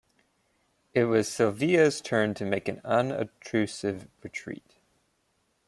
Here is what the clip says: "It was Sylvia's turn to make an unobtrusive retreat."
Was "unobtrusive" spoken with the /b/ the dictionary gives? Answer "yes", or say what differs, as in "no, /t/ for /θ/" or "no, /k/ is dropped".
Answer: no, /b/ is dropped